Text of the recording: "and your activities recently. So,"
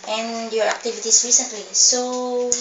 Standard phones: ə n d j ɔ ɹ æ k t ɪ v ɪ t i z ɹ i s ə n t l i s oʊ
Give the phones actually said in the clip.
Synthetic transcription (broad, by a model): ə n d j ɔ ɹ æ k t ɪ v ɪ t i s ɹ i s ə n t l i s oʊ